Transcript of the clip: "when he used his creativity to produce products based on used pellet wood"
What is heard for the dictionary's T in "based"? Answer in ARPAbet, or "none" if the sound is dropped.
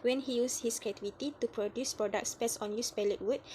none